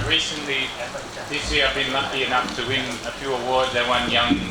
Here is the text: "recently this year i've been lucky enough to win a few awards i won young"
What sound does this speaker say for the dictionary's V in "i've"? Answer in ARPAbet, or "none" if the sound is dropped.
V